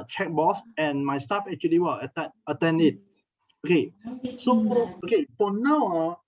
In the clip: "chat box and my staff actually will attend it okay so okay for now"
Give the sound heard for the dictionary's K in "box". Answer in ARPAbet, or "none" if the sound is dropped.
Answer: none